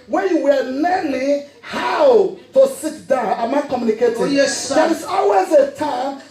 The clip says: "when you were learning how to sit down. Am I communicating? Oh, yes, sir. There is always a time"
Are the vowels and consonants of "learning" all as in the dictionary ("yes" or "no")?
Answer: no